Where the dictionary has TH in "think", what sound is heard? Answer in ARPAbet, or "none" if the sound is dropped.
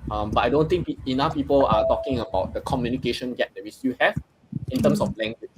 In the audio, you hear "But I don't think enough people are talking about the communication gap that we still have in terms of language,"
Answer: T